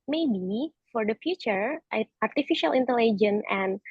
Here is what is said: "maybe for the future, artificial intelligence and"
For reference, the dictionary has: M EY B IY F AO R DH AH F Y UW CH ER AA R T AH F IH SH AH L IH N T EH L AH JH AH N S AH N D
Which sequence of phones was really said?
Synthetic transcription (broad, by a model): M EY B IY F AO R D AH F Y UW CH ER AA R T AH F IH SH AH L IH N T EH L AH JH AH N AH N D